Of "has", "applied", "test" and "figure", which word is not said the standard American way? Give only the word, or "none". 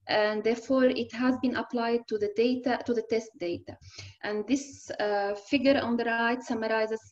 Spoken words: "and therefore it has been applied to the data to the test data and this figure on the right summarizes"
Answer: none